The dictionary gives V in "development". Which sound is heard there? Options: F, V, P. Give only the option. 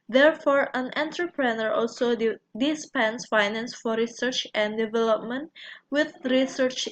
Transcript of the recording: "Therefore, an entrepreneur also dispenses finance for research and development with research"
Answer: V